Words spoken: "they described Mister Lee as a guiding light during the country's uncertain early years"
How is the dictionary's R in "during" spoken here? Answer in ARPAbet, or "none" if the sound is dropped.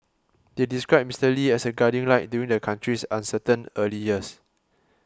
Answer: none